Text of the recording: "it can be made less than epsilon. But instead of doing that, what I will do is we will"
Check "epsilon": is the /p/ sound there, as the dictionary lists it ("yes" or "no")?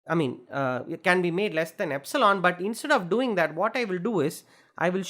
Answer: yes